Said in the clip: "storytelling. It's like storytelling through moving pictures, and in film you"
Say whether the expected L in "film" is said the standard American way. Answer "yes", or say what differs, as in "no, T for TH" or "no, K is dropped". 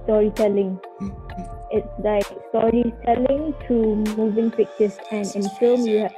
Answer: no, L is dropped